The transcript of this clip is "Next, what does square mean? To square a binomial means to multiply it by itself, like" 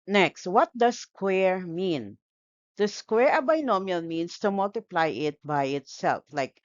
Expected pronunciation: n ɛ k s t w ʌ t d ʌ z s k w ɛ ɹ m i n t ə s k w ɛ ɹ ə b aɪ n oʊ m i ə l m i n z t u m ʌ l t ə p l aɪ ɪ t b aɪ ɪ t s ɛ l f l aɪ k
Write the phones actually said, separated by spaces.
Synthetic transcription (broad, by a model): n ɛ k s t w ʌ t d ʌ s k w ɛ ɹ m i n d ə s k w ɛ ɹ ə b aɪ n oʊ m i ə l m i n s t u m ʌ l t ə p l aɪ ɪ t b aɪ ɪ t s ɛ l f l aɪ k